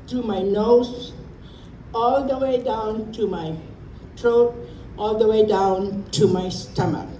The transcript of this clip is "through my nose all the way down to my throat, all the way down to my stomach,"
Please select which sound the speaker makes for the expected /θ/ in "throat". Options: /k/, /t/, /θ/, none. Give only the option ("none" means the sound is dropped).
/t/